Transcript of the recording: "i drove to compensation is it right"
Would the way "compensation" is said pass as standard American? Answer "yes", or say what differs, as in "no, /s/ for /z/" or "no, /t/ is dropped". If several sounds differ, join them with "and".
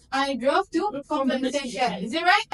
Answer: no, /p/ is dropped